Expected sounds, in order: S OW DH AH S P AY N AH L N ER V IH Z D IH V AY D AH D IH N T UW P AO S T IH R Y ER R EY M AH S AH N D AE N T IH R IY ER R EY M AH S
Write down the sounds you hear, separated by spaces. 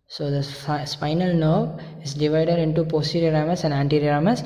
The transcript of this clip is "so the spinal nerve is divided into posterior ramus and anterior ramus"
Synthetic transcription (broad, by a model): S OW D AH S P AY N AH L N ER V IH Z D IH V AY D AH D IH N T UW P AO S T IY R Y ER R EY M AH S AH N D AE N T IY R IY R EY M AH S